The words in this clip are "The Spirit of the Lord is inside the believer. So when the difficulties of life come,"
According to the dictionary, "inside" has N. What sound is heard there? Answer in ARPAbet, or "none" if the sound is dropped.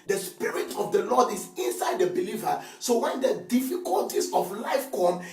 N